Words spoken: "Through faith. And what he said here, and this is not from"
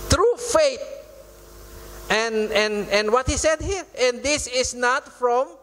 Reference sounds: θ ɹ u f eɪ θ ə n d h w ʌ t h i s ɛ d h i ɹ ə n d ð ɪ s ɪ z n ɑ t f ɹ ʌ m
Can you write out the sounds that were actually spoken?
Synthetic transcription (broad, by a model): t ɹ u f eɪ t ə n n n w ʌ t h i s ɛ d h i ɹ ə n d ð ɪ s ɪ s n ɑ t f ɹ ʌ m